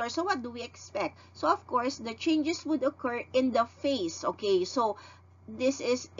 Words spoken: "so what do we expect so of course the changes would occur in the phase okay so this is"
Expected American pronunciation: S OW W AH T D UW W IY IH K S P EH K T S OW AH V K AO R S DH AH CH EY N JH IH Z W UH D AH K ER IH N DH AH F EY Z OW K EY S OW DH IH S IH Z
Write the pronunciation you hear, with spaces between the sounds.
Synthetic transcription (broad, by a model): S OW W AH T D UW W IY IH K S P EH K T S OW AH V K AO R S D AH CH EY N JH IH S W UH D AH K ER IH N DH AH F EY S OW K EY S OW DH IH S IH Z